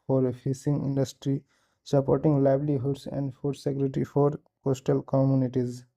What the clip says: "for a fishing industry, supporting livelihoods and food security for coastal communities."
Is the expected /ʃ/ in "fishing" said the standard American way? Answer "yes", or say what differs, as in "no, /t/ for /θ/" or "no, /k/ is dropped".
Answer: no, /s/ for /ʃ/